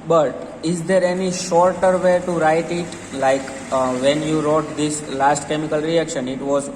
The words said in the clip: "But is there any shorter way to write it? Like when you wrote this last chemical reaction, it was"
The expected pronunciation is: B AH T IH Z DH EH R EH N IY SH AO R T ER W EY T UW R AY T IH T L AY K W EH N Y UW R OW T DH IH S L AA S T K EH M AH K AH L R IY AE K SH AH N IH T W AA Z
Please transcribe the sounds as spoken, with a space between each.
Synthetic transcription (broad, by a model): B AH T IH Z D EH R EH N IY SH AO R T ER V EY T UW R AY T IH T L AY K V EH N Y UW R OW T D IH S L AA S T K EH M AH K AH L R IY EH K SH AH N IH T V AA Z